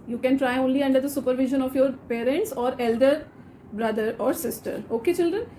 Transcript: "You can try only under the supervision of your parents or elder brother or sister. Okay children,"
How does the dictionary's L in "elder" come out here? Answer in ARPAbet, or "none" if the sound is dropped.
L